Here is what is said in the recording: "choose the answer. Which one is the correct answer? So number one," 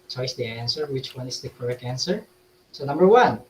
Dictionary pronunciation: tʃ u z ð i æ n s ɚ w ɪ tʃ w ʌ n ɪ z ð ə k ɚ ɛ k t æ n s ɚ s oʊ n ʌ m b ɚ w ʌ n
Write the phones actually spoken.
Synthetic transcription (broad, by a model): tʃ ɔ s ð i æ n s ɚ w ɪ tʃ w ʌ n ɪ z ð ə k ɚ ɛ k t æ n s ɚ s oʊ n ʌ m b ɚ w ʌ n